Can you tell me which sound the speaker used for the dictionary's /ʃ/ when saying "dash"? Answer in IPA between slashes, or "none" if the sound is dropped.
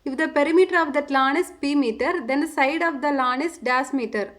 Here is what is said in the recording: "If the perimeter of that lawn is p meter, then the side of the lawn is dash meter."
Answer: /s/